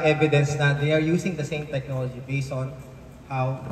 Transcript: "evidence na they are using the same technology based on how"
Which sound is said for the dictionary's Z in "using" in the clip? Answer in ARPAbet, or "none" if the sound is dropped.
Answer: S